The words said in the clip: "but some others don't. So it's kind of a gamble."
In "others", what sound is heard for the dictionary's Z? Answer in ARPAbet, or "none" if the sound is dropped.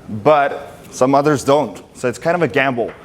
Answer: Z